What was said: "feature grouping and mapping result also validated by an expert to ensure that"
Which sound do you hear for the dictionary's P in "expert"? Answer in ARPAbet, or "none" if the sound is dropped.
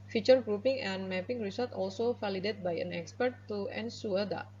P